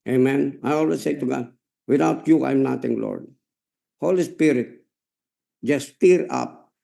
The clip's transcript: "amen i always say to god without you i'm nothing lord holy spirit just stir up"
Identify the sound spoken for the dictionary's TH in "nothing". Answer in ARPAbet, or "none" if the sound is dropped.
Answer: T